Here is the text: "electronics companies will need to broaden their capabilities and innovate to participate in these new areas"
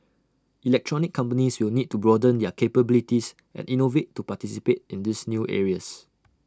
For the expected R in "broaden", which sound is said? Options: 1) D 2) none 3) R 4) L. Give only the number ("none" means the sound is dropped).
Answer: 3